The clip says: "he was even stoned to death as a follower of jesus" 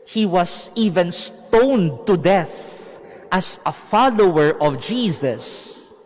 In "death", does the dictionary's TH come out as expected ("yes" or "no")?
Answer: yes